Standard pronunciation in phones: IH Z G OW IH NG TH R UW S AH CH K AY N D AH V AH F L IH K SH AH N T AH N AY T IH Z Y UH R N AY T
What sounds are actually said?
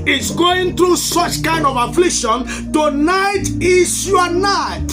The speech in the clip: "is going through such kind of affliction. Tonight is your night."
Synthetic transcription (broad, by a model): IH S G OW IH NG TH R UW S AH CH K AY N D AH V AH F L IH K SH AH N T AH N AY T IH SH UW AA N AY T